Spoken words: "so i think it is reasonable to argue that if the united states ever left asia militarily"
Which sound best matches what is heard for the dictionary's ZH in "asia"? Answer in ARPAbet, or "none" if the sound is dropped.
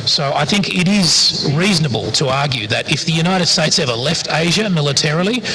ZH